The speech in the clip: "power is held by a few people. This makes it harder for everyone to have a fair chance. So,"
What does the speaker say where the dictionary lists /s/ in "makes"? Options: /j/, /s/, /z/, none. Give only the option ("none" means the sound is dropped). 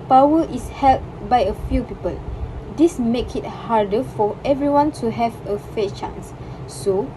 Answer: none